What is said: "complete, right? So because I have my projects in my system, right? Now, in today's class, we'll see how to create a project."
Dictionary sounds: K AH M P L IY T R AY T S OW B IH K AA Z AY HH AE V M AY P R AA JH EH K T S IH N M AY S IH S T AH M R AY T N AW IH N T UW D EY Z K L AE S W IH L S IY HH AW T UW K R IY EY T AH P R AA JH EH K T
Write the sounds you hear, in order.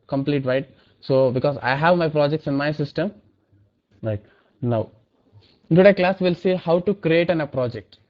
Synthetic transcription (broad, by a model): K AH M P L IY T R AY T S OW B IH K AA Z AY HH AE V M AY P R AA JH EH K T S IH N M AY S IH S T AH M R AY T N AW IH N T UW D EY K L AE S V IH L S IY HH AW T UW K R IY EY T AH P R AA JH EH K T